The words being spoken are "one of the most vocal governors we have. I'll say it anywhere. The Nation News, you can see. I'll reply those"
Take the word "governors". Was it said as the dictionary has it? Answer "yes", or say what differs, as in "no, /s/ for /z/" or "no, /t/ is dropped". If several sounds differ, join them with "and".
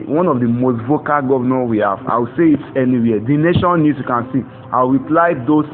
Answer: no, /z/ is dropped